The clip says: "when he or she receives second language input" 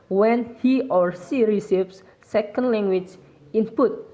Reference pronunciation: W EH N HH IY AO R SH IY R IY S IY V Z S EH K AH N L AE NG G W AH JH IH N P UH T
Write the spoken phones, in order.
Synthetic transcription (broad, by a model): W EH N HH IY AO R S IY R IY S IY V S S EH K AH N L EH NG G W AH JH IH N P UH T